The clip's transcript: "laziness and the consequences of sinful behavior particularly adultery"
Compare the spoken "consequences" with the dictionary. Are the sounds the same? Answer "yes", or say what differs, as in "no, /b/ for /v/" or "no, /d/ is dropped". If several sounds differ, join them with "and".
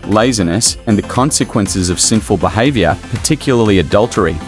yes